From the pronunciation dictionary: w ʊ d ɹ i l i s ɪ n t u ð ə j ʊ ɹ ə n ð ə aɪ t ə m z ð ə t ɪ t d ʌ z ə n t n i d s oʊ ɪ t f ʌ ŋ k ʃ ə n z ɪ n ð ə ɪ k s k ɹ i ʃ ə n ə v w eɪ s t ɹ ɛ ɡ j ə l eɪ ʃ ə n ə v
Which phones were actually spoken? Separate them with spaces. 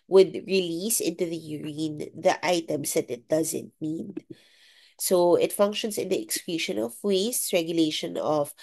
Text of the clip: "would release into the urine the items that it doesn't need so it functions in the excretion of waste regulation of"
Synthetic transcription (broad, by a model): w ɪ d ɹ i l i s ɪ n t u ð ə j ʊ ɹ ə n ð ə aɪ t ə m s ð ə t ɪ t d ʌ z ə n t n i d s oʊ ɪ t f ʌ ŋ k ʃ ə n s ɪ n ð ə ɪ k s k l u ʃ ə n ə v w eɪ s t ɹ ɛ ɡ j ə l eɪ ʃ ə n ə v